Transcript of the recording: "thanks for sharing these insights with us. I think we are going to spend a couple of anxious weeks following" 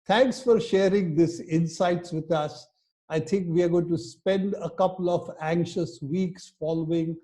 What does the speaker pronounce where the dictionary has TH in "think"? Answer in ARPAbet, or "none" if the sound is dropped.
T